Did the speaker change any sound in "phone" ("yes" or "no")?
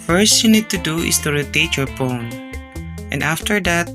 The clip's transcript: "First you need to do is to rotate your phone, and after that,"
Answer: yes